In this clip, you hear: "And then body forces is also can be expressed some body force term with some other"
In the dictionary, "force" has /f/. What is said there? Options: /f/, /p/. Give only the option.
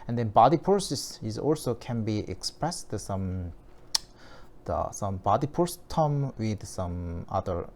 /p/